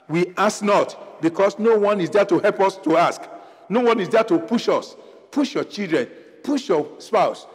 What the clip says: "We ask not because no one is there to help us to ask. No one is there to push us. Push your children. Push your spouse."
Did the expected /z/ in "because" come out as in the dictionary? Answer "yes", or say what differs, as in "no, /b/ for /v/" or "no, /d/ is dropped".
no, /s/ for /z/